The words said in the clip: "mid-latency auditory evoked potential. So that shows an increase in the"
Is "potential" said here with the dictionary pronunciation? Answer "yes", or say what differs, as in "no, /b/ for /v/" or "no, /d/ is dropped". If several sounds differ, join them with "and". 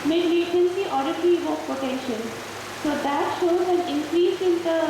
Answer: yes